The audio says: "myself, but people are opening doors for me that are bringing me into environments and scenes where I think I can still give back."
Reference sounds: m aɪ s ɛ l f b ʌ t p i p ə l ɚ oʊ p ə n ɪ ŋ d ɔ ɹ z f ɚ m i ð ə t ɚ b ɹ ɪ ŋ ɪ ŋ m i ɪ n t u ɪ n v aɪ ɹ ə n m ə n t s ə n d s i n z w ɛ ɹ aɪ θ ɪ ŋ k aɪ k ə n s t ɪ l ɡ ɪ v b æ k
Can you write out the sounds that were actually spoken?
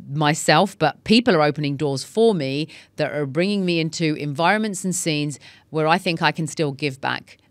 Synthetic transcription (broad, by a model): m aɪ s ɛ l f b ʌ t p i p ə l ɚ oʊ p ə n ɪ ŋ d ɔ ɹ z f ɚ m i ð ə t ɚ b ɹ ɪ ŋ ɪ ŋ m i ɪ n t u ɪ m v aɪ ɹ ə n m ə n t s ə n s i n z w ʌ ɹ aɪ θ ɪ ŋ k aɪ k ə n s t ɪ l ɡ ɪ v b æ k